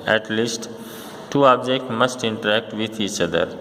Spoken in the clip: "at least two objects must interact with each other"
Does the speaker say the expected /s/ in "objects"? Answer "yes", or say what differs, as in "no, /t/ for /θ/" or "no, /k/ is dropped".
no, /s/ is dropped